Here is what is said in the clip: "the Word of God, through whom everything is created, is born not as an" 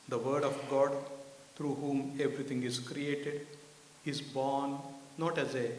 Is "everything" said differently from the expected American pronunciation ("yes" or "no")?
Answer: yes